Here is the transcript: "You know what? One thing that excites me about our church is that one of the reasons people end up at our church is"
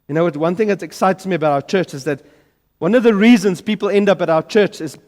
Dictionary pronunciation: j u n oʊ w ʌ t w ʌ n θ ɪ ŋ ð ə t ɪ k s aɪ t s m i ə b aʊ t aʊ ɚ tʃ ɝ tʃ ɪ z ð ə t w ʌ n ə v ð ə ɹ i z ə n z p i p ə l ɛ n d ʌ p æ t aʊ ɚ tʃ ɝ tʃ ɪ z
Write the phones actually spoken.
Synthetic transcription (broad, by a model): j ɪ n oʊ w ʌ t w ʌ n θ ɪ ŋ ð ə t ɪ k s aɪ t s m i ə b aʊ t aʊ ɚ tʃ ɝ tʃ ɪ z ð ə t w ʌ n ə v ð ə ɹ i z ə n z p i p ə l ɛ n d ʌ p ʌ t aʊ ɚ tʃ ɝ tʃ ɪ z